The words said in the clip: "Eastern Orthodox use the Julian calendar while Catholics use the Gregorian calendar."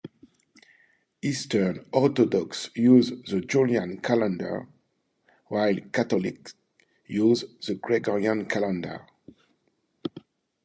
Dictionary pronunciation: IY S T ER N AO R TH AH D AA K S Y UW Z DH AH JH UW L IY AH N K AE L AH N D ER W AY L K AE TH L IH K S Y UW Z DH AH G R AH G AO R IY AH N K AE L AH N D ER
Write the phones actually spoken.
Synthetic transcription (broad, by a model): IY S T ER N AO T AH D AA K S Y UW Z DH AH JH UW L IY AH N K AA L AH N D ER W AY L K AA T L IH K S Y UW Z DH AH G R AH G AO R IY AH N K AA L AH N D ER